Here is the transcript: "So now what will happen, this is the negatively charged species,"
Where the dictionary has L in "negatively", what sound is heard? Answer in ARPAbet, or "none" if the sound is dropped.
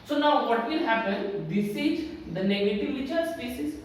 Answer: none